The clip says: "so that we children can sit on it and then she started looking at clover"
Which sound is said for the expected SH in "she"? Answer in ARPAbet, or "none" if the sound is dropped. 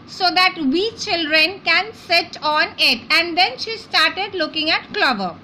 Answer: SH